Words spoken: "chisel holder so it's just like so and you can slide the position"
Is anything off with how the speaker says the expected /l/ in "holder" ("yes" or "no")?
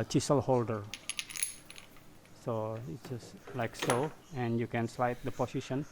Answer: no